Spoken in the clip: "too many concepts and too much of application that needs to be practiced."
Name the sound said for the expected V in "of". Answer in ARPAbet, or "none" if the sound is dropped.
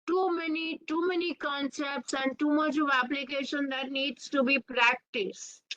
V